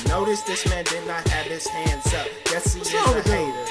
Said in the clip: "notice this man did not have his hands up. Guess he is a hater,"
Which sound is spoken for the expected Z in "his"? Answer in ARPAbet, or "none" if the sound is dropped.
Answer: S